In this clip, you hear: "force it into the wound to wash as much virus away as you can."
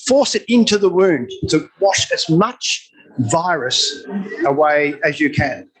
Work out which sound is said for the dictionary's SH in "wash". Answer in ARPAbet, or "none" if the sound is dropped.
SH